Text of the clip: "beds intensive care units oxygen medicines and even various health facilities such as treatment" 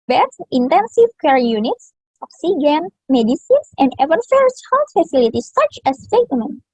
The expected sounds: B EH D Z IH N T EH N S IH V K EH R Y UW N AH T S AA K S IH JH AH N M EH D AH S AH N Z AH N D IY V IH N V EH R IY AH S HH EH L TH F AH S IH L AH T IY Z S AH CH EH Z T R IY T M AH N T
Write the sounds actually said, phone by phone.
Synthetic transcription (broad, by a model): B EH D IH N T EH N S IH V K EH R Y UW N AH T S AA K S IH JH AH N M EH D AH S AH N S AH N D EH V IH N F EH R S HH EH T F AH S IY L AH T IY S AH CH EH S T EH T M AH N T